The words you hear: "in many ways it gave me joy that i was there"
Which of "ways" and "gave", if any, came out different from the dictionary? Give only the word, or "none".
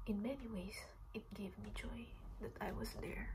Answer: ways